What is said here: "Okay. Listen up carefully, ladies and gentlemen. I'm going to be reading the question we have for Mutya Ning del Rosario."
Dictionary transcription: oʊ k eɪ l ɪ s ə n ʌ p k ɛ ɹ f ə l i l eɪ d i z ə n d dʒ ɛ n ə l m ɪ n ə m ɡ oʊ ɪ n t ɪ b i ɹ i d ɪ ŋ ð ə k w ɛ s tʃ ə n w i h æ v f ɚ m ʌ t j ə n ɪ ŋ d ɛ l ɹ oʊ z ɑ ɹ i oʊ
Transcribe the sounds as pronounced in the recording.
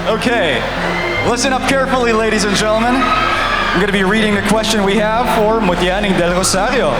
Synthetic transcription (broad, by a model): oʊ k eɪ l ɪ s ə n ʌ p k ɛ ɹ f l i l eɪ d i z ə n dʒ ɛ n l m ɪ n ə m ɡ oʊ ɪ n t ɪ b i ɹ i d ɪ ŋ ð ə k w ɛ s tʃ ə n w i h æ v f ɚ m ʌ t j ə n ɪ ŋ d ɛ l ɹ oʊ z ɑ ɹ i oʊ